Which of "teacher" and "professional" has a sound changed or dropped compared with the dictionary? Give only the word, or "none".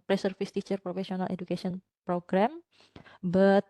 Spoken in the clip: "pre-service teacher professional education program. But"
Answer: professional